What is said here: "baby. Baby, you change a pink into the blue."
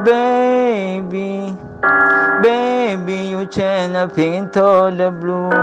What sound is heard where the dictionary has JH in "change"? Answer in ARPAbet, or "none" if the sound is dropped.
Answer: none